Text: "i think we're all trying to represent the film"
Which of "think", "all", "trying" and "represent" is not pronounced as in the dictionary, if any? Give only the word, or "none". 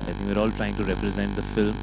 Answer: think